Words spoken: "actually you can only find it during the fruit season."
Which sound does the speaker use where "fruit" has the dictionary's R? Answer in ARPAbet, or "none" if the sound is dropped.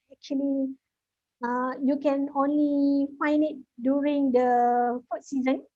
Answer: none